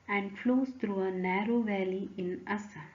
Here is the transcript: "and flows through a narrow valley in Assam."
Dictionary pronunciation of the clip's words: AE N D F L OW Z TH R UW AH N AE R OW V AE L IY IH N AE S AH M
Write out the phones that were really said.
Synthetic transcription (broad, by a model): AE N D F L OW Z T R UW AH N AE R OW V AE L IY IH N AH S